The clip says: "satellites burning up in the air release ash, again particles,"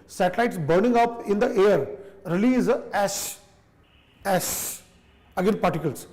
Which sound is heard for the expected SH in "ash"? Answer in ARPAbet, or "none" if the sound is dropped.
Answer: S